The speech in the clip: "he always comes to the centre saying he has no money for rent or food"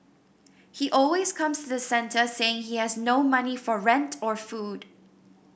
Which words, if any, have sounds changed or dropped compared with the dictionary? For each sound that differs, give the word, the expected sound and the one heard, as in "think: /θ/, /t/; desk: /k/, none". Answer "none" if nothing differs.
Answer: comes: /z/, /s/